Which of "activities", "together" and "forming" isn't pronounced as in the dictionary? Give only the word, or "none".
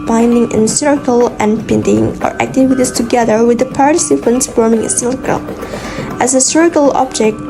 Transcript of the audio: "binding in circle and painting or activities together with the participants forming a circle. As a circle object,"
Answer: activities